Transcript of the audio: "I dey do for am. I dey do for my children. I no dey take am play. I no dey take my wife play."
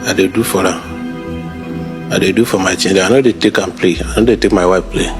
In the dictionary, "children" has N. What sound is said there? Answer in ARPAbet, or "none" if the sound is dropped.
none